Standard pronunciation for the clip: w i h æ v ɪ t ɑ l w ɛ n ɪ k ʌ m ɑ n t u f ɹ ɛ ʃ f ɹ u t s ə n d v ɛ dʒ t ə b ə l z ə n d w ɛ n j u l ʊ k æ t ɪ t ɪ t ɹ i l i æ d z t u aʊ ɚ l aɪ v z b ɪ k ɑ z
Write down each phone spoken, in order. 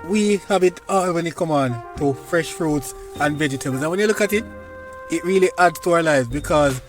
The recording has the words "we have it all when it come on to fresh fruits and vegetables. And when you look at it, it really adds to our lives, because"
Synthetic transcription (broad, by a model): w i h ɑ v ɪ t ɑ w ɛ n ɪ k ʌ m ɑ n t u f ɹ ɛ ʃ f ɹ u t s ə n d v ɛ dʒ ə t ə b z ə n w ɛ n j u l ʊ k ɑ t ɪ t ɪ t ɹ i l i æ d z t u aʊ ɚ l aɪ v z b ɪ k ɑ z